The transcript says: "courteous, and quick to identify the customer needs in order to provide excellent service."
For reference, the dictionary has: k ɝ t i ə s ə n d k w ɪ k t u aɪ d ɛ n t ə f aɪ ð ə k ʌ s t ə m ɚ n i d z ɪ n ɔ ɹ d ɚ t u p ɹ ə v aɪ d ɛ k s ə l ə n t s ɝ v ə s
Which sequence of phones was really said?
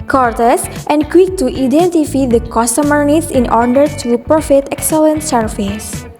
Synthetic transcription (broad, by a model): k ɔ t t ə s ə n d k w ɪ k t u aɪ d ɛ n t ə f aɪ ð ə k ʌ s t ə m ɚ n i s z ɪ n ɔ ɹ d ɚ t u p ɹ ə f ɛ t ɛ k s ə l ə n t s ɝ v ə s